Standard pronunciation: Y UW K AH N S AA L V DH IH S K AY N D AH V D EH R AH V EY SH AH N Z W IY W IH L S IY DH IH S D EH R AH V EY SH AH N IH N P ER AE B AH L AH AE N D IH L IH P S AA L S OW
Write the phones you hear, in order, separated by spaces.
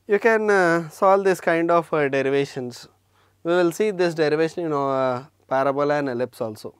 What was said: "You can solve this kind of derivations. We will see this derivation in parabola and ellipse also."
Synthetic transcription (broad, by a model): Y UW K AH N S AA L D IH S K AY N D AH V D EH R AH V EY SH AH N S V IY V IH L S IY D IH S D EH R AH V EY SH AH N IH N P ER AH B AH L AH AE N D IH L IH P S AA L S OW